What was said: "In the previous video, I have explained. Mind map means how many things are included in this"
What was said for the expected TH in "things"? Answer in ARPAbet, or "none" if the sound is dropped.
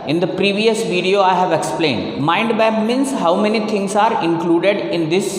T